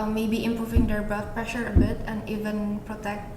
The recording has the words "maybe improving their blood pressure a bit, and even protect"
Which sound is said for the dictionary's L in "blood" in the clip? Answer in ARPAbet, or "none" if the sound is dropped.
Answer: none